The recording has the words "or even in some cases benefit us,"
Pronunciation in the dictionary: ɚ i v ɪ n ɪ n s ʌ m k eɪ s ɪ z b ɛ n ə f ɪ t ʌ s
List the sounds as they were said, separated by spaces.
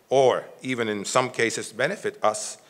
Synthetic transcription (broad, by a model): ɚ i v ɪ n ɪ n s ʌ m k eɪ s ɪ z b ɛ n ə f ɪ t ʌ s